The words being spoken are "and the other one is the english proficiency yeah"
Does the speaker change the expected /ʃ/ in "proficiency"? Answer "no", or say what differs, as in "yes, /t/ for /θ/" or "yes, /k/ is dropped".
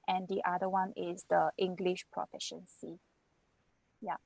no